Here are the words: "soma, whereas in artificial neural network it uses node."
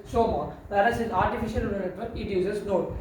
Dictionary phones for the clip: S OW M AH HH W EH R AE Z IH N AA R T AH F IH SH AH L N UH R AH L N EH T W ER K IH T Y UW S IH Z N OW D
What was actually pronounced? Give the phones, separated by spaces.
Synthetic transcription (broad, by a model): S OW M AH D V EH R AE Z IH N AA R T AH F IH SH AH L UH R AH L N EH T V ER IH T Y UW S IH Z N OW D